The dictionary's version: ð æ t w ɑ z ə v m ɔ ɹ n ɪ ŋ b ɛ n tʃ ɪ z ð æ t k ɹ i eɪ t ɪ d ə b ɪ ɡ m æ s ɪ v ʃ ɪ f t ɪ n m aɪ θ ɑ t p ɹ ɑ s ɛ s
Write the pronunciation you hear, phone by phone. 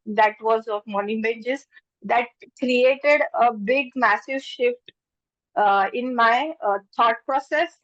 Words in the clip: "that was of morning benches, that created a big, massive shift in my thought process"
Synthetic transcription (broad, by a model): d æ t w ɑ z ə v m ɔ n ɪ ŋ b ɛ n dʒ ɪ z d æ t k ɹ i eɪ t ɪ d ə b ɪ ɡ m æ s ɪ v ʃ ɪ f t ɪ n m aɪ t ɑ t p ɹ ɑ s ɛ s